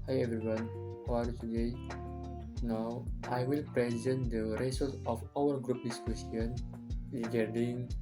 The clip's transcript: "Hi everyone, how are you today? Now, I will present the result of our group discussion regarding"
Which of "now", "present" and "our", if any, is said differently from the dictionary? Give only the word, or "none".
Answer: none